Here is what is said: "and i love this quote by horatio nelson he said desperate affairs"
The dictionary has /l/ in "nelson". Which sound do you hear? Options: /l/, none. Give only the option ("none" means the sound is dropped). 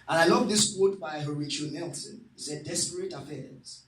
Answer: /l/